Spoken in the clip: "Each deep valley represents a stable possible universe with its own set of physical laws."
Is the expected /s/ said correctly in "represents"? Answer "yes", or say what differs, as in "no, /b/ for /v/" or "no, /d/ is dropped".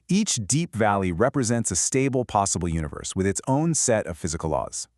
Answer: yes